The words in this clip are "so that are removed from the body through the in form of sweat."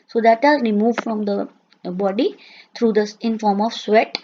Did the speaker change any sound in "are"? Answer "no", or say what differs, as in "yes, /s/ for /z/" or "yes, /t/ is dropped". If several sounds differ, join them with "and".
yes, /l/ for /ɹ/